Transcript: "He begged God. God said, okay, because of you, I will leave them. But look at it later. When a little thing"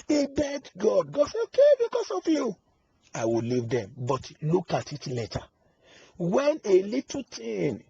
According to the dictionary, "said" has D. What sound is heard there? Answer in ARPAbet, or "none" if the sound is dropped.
none